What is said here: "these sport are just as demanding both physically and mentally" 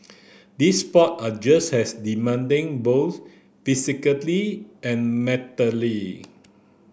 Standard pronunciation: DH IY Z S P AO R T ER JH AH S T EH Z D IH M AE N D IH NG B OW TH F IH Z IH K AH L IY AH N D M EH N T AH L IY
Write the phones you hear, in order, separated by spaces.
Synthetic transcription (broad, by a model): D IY S P AO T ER JH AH S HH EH S D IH M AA N D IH NG B OW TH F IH S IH K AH L IY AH N M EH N T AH L IY